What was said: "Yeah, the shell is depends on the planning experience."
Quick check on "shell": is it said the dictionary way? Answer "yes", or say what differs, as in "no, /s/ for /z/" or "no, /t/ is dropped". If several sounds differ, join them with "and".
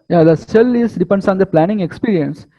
no, /s/ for /ʃ/